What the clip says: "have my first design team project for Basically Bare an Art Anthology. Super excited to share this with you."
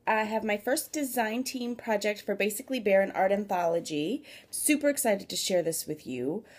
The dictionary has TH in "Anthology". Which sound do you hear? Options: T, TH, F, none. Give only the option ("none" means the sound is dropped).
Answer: TH